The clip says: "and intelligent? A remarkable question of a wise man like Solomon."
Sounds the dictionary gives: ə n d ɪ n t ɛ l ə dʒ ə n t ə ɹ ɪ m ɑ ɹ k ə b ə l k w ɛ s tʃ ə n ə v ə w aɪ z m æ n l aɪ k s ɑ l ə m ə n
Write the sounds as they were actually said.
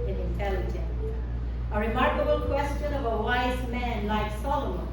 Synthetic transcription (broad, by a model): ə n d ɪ n t ɛ l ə dʒ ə n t ə ɹ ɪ m ɑ ɹ k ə b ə l k w ɛ s tʃ ə n ə v ə w aɪ z m æ n l aɪ k s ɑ l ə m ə n